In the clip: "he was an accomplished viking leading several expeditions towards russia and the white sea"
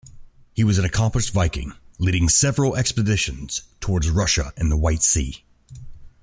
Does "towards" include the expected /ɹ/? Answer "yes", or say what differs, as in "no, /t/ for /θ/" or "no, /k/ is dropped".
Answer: yes